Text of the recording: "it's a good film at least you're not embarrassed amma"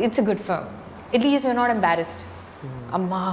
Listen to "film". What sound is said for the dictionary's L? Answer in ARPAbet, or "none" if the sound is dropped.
none